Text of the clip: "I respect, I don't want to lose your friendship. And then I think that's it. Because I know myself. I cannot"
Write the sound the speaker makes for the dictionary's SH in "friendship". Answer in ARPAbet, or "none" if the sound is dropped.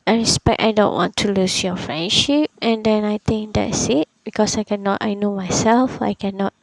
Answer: SH